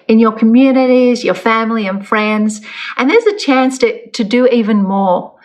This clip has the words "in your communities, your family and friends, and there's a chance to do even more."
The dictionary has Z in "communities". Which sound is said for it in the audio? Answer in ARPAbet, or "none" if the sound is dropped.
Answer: Z